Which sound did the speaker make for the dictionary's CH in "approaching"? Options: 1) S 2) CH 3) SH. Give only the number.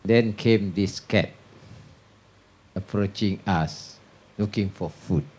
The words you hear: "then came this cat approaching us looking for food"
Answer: 2